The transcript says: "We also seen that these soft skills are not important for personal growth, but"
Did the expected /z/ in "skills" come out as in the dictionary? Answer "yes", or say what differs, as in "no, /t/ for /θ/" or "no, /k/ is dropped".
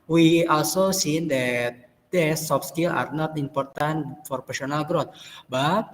no, /z/ is dropped